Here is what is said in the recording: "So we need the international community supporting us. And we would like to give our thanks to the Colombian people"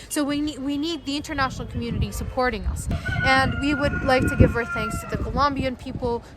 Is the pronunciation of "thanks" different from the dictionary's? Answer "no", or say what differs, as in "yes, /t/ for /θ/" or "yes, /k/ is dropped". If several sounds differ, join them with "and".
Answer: no